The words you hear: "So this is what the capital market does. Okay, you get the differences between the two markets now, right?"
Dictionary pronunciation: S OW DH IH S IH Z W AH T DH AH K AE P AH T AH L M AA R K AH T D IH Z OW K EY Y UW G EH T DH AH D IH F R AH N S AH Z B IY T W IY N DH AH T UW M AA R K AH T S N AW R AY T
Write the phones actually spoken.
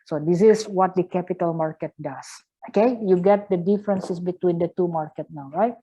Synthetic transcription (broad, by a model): S OW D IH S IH S W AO T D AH K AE P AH T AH L M AA R K AH T D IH S OW K EY Y UW G EH T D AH D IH F R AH N S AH S B IY T W IY N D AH T UW M AA R K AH T N AW R AY T